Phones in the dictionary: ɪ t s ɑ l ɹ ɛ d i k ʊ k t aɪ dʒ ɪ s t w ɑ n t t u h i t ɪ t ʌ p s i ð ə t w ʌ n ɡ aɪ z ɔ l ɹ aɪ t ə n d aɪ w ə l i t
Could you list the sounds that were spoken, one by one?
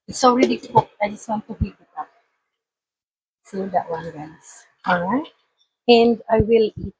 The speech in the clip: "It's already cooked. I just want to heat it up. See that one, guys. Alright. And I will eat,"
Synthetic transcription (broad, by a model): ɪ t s ɑ l ɹ ɛ d i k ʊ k aɪ dʒ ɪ s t w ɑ n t t u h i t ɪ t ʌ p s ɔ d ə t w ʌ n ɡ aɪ s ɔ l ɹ aɪ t ə n d aɪ w ə l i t